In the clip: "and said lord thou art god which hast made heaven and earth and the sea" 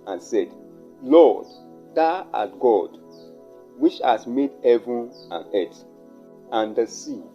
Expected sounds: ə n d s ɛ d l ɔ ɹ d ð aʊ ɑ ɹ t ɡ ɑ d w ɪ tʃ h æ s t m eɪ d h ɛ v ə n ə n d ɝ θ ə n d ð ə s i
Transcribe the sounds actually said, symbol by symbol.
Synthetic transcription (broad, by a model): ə n s ɛ d l ɔ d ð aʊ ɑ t ɡ ɑ d w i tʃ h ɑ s m eɪ d h ɛ v ə n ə n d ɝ t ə n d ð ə s i